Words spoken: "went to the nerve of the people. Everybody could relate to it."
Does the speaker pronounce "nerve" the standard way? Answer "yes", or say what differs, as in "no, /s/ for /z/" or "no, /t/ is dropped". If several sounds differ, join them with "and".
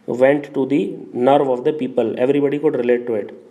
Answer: yes